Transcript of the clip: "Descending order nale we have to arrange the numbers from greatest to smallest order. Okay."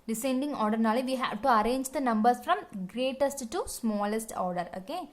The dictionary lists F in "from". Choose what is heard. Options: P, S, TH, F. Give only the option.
F